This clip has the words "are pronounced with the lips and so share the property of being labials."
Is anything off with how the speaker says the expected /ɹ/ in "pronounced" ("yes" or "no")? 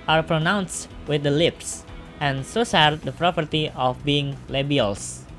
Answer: no